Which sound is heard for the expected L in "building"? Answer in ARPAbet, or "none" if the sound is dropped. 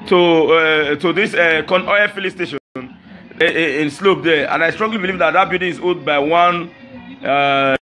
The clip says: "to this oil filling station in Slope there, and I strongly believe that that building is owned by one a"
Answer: none